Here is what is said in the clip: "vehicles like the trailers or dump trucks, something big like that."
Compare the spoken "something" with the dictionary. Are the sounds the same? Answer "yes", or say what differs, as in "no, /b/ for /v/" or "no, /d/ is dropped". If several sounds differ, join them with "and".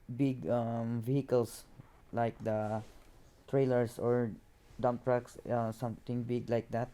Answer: no, /t/ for /θ/